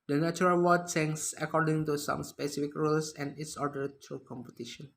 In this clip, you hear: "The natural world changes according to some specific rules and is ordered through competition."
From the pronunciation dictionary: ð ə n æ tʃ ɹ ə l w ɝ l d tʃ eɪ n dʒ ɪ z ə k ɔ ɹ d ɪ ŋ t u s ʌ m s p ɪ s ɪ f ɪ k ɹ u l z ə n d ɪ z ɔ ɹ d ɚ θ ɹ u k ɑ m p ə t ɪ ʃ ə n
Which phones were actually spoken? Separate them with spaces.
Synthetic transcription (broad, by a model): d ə n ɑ tʃ ɹ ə l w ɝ d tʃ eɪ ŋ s ə k ɔ ɹ d ɪ ŋ t u s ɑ m s p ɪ s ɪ f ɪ k ɹ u l s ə n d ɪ s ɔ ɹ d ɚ t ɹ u k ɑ m p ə t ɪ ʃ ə n